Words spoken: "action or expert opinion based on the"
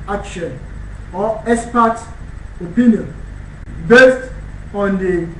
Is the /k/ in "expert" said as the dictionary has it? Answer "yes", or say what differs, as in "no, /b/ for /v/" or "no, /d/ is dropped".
no, /k/ is dropped